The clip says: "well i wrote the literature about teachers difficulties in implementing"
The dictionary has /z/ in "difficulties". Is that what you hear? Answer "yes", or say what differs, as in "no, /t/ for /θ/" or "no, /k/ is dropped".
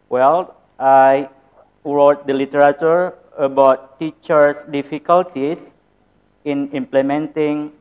no, /s/ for /z/